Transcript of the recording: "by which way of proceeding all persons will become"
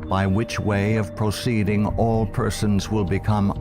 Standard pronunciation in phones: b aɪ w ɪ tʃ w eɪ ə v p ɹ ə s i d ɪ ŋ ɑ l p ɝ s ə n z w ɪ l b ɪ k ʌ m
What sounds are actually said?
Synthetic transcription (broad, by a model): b aɪ w ɪ tʃ w eɪ ə v p ɹ ə s i d ɪ ŋ ɑ l p ɝ s ə n z w ɪ l b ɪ k ʌ m